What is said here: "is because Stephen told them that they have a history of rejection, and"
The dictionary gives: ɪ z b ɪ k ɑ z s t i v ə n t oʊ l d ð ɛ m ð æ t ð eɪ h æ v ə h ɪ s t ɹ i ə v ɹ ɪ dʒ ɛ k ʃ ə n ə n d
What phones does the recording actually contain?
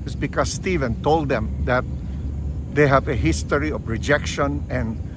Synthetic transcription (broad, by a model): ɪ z b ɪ k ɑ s s t i v ə n t oʊ l d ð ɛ m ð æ t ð eɪ h æ v ə h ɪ s t ɹ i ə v ɹ ɪ dʒ ɛ k ʃ ə n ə n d